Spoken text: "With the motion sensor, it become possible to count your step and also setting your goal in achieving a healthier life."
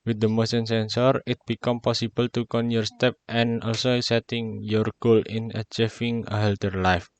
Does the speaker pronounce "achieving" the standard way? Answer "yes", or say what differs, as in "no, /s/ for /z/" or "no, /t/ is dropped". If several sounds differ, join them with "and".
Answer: no, /f/ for /v/